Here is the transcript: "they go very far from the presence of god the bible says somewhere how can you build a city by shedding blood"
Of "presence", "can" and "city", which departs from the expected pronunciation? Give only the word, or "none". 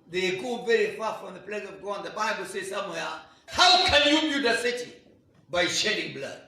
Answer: presence